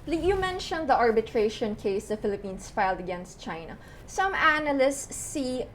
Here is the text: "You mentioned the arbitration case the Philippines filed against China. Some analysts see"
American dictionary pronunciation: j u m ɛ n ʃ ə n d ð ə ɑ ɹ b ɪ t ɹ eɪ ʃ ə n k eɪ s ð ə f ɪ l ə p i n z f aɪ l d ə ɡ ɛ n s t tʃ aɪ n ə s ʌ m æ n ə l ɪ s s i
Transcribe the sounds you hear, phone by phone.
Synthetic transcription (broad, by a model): j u m ɛ n ʃ ə n d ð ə ɑ ɹ b ɪ t ɹ eɪ ʃ ə n k eɪ s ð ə f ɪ l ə p i n s f aɪ l d ə ɡ ɛ n s t tʃ aɪ n ə s ʌ m æ n ə l ɪ s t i